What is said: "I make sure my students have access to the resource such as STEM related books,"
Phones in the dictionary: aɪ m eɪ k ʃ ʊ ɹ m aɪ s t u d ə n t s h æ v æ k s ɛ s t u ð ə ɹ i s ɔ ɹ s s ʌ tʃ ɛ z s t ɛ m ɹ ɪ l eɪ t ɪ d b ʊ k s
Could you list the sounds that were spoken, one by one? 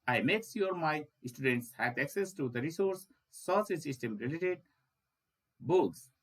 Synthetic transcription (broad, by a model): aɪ m eɪ k s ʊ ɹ m aɪ s t u d ə n t s h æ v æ k s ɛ s t u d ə ɹ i s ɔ ɹ s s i s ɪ s t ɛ m ɹ ɪ l eɪ t ɪ d b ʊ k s